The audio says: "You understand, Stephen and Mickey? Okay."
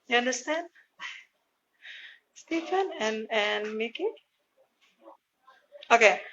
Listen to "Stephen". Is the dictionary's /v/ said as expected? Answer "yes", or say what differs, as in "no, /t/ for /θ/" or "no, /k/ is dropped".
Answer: no, /f/ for /v/